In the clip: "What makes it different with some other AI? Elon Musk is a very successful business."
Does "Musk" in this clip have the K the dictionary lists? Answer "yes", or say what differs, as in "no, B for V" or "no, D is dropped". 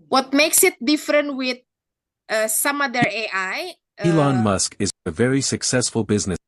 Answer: yes